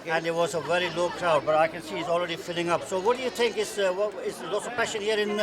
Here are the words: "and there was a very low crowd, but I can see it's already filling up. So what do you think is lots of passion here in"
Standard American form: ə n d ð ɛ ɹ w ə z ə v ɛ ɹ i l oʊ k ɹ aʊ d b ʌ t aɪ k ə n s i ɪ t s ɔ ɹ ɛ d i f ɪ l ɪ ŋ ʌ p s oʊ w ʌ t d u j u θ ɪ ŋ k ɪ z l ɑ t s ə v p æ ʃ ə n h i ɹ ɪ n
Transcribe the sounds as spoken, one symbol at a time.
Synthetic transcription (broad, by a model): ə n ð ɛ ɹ w ə z ə v ɛ ɹ i l oʊ k ɹ aʊ d b ʌ t aɪ k ə n s i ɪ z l ɹ ɛ d i f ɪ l ɪ ŋ ʌ p s oʊ w ʌ t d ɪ j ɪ θ ɪ ŋ k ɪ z l ɑ t s ə v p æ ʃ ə n h i ɹ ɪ n